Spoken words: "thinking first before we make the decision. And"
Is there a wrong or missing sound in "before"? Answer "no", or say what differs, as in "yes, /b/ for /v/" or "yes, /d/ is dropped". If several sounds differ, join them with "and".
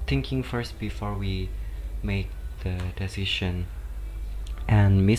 no